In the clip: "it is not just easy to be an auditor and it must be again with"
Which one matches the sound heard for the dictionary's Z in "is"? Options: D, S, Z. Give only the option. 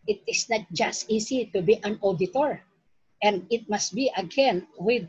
S